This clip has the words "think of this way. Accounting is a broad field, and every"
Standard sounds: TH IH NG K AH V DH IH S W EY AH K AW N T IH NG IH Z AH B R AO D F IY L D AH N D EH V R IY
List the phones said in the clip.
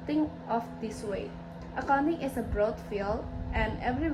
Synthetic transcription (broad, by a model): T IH NG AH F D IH S W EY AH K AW N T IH NG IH S AH B R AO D F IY L AH N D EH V R IY